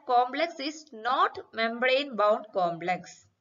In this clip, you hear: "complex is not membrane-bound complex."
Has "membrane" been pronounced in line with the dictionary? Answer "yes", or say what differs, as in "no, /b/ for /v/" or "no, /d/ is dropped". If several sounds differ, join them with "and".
yes